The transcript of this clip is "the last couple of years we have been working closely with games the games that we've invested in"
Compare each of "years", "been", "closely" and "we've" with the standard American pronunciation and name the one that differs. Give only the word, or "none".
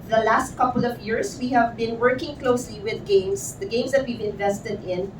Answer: years